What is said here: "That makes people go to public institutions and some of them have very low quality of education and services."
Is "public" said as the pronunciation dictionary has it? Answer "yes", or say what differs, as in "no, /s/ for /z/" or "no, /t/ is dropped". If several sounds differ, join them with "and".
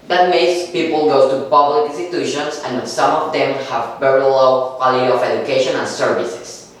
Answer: no, /l/ is dropped